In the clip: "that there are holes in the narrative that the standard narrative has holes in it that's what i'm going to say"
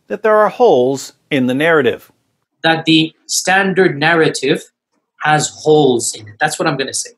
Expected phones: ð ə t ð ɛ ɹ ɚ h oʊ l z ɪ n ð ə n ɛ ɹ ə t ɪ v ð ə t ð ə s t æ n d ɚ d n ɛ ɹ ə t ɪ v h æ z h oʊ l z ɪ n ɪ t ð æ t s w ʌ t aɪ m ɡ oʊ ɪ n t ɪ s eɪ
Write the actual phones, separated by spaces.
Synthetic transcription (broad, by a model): ð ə t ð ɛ ɹ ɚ h oʊ l z ɪ n ð ə n ɛ ɹ ə t ɪ v ð ə t ð ə s t æ n d ɚ d n ɛ ɹ ə t ɪ v h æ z h oʊ l z ɪ n ɪ t ð æ t s w ʌ t aɪ m ɡ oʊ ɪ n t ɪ s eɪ